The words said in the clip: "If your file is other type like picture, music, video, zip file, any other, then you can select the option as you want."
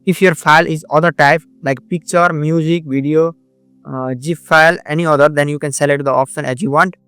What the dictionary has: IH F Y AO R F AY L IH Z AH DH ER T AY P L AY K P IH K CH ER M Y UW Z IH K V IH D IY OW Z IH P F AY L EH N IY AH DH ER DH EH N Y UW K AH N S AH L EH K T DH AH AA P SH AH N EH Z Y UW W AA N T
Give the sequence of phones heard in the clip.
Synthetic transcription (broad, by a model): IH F Y AO R F AY L IH Z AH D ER T AY P L AY K P IH K CH ER M Y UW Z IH K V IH D IY OW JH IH F AY L EH N IY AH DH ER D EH N Y UW K AH N S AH L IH T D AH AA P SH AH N EH Z Y UW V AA N T